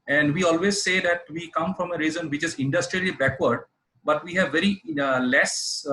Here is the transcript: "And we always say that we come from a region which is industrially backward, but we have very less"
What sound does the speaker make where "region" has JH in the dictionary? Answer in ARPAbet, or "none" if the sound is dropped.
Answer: Z